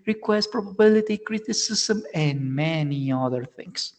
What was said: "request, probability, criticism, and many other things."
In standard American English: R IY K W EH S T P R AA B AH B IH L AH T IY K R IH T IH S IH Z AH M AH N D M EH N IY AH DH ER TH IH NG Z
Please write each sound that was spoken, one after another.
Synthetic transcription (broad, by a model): R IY K W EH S P R AA B AH B IH L AH T IY K R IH T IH S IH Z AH M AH N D M EH N IY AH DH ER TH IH NG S